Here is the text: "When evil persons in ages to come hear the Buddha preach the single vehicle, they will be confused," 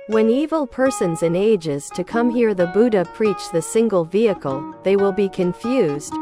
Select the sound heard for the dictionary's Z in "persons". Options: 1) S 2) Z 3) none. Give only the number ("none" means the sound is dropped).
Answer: 2